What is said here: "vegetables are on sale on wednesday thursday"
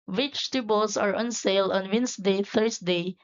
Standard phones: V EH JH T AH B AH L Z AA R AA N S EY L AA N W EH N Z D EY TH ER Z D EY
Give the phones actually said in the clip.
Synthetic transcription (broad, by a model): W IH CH T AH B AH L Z AA R AA N S EY L AA N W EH N S D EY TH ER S D EY